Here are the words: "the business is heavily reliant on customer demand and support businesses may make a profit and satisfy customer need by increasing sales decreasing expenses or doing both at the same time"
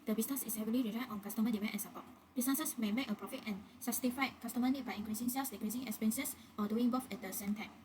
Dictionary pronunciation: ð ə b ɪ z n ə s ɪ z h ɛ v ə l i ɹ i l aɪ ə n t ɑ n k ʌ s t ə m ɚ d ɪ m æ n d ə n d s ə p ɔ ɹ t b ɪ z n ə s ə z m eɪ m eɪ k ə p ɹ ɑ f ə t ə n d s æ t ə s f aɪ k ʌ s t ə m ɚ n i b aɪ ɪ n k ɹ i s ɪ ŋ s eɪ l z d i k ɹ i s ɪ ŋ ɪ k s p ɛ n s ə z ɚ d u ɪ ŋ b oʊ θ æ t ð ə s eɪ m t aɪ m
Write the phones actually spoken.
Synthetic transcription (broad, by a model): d ə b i s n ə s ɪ s h ɛ v ə l i ɹ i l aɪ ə t ɑ n k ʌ s t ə m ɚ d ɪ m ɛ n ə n s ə p ɔ t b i s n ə s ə s m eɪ m eɪ k ə p ɹ ɑ f ə t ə n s s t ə f aɪ k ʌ s t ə m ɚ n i b aɪ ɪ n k ɹ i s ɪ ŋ s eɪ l s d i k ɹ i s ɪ ŋ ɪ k s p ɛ n s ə s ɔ d u ɪ ŋ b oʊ f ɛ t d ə s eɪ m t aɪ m